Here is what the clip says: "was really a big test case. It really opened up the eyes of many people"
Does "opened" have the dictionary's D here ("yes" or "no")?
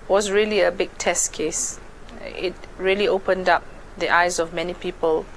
yes